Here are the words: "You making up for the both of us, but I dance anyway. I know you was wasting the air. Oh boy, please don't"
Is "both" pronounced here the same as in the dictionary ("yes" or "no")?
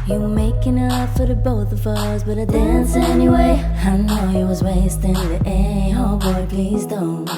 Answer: yes